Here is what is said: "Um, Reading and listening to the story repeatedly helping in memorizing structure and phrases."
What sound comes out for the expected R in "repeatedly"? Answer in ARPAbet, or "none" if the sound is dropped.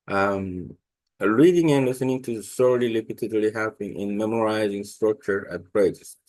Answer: L